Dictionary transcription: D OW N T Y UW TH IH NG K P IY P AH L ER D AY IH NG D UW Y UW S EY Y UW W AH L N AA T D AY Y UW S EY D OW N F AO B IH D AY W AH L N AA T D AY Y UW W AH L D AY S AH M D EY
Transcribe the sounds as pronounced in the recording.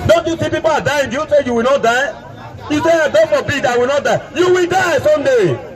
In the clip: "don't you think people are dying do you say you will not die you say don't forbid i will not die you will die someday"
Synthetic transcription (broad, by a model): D OW N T Y UW S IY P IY P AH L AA D AY IH NG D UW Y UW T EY Y UW W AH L N AA T D AY Y UW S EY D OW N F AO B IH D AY W AH L N AA T D AY Y UW W AH L D AY S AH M D EY